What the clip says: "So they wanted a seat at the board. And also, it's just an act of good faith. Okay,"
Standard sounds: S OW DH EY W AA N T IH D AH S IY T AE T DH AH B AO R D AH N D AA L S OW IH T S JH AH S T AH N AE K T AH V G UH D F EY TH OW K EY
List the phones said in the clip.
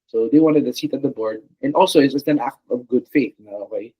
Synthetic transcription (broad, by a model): S OW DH EY W AA N T IH D AH S IY T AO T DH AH B AO R D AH N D AA L S OW IH T S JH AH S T AH N AE K T AH V G UH D F EY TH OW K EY